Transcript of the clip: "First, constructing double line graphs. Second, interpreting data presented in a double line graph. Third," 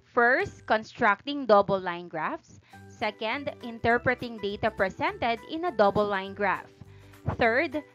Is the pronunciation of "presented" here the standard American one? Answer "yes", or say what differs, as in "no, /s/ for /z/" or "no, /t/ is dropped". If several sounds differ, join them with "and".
no, /s/ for /z/